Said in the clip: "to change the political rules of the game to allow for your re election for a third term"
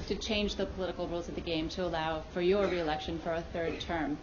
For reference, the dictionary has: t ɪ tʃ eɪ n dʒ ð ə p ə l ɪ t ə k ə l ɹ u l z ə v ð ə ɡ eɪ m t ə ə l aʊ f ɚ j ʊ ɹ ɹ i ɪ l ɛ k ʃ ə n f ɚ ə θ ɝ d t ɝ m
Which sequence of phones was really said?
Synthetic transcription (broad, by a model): t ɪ tʃ eɪ n dʒ ð ə p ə l ɪ t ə k l ɹ u l z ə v ð ə ɡ eɪ m t ə ə l aʊ f ɚ j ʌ ɹ ɹ i ɪ l ɛ k ʃ ə n f ɚ ə θ ɝ d t ɝ m